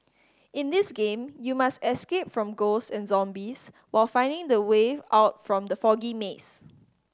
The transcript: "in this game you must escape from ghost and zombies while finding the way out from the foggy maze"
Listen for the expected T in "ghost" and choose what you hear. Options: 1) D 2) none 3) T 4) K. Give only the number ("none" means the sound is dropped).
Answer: 2